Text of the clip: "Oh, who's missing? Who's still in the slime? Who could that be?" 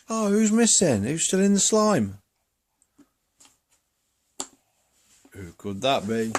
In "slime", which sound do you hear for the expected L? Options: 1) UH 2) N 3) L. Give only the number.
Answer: 3